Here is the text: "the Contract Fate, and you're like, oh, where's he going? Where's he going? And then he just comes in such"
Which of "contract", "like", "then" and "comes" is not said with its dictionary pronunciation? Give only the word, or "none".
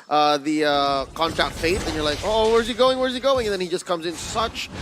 none